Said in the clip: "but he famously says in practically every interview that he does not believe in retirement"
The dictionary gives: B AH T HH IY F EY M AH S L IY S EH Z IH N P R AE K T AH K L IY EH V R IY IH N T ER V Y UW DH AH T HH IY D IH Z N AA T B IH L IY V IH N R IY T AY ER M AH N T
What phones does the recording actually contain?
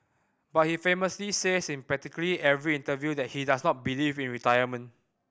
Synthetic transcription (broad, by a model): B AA T HH IY F EY M AH S L IY S EH S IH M P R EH T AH K L IY EH V R IY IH N T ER V Y UW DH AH T HH IY D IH S N AA T B IH L IY V IH N R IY T AY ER M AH N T